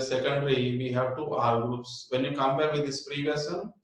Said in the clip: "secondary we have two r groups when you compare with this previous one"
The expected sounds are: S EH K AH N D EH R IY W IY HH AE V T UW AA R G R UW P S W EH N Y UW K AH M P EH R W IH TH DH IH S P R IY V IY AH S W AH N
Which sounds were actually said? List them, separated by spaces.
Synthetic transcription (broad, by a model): S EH K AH N D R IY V IY HH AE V T UW AA R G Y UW S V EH N Y UW K AH M P EH R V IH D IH S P R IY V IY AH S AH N